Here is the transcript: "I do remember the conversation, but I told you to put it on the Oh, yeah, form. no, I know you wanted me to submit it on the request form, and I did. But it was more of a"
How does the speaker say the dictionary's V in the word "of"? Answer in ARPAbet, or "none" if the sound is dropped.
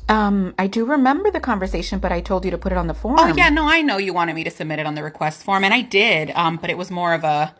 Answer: V